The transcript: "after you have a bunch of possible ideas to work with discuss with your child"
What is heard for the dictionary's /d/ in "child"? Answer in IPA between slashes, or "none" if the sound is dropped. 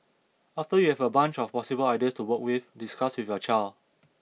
none